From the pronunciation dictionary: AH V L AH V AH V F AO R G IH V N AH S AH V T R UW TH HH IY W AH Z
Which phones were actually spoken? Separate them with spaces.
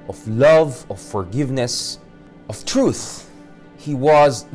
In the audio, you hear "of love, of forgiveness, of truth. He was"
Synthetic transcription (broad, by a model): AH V L AH V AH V F AO R G IH V N AH S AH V T R UW TH HH IY W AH Z